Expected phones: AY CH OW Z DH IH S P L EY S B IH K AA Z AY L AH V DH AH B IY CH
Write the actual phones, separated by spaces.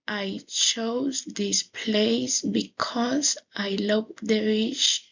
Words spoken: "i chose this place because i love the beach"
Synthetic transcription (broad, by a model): AY CH OW Z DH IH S P L EY S B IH K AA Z AY L AH V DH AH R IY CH